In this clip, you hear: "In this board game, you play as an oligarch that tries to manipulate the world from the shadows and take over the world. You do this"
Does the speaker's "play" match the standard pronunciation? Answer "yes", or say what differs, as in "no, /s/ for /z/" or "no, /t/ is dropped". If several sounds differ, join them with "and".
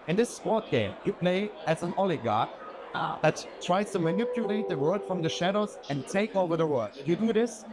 no, /n/ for /l/